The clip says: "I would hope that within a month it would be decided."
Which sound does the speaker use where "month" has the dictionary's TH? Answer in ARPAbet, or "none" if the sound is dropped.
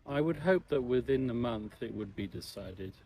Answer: TH